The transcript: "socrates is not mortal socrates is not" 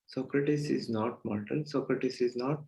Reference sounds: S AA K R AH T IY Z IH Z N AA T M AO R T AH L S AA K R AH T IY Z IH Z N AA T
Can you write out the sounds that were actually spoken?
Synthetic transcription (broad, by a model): S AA K R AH T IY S IH Z N AA T M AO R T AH N S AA K R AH T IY S IH Z N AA T